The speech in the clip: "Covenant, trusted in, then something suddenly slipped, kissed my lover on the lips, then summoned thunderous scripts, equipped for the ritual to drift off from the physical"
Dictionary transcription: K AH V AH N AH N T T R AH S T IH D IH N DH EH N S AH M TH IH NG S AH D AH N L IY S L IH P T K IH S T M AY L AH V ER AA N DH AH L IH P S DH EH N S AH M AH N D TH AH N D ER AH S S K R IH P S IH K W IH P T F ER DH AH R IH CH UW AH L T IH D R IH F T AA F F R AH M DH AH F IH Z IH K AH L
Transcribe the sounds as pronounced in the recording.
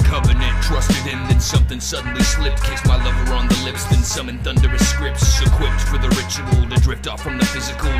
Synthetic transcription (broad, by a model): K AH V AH N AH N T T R AH S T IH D IH N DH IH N S AH M TH IH NG S AH D N L IY S L IH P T K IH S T M AY L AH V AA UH N DH AH L IH P S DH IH N S AH M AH N TH AH N D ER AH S S K R IH P S IH K W IH P T F ER DH AH R IH CH UW AH L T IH D R IH P T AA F F R AH M DH AH F IH Z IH K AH L